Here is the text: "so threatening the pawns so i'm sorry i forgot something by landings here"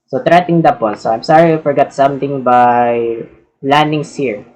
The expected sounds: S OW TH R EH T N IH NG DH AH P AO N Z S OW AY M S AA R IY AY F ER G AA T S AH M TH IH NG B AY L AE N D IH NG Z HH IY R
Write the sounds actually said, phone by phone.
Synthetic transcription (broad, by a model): S OW T R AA T IH NG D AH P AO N S OW AY M S AA R IY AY F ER G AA T S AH M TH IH NG B AY L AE N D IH NG S HH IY R